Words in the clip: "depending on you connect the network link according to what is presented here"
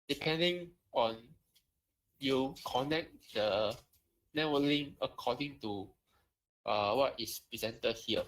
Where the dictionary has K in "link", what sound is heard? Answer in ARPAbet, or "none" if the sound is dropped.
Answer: none